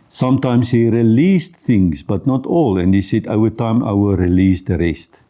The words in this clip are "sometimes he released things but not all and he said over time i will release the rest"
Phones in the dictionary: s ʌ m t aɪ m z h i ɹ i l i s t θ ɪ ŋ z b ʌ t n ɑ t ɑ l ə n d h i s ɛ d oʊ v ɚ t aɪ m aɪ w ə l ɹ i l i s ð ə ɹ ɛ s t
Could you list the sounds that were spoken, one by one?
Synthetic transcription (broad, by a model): s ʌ m t aɪ m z h i ɹ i l i s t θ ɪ ŋ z b ʌ t n ɑ t ɑ l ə n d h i s ɛ d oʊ ɚ t aɪ m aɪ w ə ɹ i l i s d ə ɹ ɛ s t